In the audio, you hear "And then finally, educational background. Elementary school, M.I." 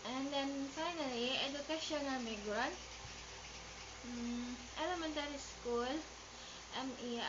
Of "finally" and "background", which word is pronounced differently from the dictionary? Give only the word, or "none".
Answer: background